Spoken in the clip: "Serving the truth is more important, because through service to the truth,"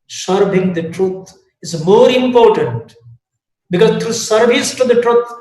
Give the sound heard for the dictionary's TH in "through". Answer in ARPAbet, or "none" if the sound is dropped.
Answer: T